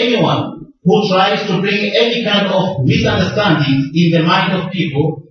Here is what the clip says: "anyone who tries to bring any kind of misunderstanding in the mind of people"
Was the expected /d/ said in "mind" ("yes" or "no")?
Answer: yes